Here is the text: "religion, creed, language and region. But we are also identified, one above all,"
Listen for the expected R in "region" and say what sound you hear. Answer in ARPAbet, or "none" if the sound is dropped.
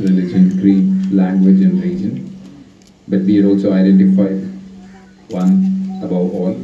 L